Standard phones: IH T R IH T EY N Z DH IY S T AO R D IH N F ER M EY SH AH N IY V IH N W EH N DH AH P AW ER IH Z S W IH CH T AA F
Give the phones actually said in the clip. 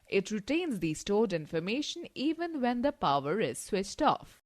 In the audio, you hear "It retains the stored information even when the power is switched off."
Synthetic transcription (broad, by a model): IH T R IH T EY N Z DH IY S T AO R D IH N F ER M EY SH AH N IY V IH N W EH N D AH P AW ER IH Z S W IH CH T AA F